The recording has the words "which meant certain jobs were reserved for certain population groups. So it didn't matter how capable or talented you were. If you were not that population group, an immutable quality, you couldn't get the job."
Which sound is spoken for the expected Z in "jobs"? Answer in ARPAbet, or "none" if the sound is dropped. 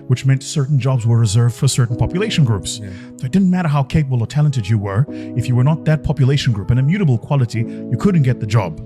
Z